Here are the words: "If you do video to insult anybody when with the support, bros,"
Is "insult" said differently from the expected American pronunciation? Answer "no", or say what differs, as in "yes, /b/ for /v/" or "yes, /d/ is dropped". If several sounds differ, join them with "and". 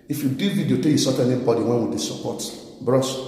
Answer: yes, /n/ is dropped and /l/ is dropped